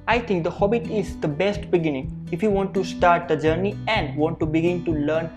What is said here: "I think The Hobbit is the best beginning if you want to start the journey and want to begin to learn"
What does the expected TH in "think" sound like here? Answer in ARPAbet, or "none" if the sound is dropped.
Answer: T